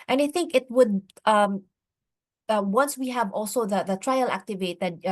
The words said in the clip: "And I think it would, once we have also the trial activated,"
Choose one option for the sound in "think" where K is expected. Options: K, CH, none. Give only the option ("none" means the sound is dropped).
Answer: K